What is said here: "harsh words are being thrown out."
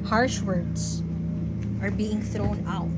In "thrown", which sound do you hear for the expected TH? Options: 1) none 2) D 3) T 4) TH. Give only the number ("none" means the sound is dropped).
4